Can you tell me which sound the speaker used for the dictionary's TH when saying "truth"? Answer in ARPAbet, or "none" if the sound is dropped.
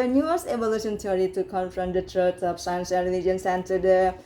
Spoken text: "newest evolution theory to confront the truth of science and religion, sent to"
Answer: T